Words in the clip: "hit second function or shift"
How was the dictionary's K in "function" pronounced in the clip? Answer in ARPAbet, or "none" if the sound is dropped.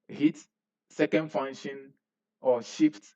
none